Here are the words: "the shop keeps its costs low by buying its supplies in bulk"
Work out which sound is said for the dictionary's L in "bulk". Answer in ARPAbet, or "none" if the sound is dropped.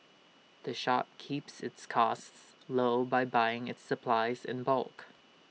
L